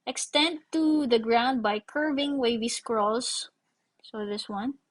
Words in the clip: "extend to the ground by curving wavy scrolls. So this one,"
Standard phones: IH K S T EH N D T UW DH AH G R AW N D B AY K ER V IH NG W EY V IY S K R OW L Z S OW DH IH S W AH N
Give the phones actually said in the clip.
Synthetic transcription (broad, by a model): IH K S T EH N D T UW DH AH G R AW N D B AY K ER V IH NG W EY V IY S K R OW L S S OW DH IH S W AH N